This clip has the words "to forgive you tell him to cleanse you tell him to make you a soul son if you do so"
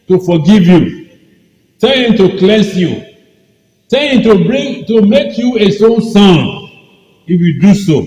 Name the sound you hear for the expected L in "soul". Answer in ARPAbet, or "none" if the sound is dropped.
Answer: N